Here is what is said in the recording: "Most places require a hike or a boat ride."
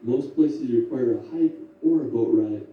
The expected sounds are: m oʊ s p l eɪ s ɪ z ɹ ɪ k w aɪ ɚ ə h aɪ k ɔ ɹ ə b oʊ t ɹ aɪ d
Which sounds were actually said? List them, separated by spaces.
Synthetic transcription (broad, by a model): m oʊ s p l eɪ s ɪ ɹ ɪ k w aɪ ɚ ə h aɪ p ɔ ɹ ə b oʊ t ɹ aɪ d